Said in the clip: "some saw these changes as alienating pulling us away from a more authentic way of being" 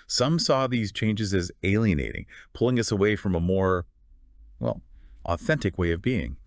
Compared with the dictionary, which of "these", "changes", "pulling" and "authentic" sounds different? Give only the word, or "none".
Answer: none